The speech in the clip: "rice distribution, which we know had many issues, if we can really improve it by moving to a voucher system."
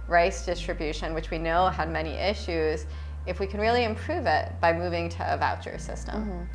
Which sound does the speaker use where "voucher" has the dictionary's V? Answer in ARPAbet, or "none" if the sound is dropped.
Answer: V